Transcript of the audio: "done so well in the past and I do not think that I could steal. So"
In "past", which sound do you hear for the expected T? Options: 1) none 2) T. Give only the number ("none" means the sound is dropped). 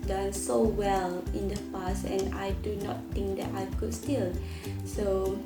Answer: 1